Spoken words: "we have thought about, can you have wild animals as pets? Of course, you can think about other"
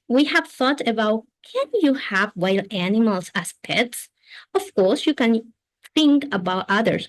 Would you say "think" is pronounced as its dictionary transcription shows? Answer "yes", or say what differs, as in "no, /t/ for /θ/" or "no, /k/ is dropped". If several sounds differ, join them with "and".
yes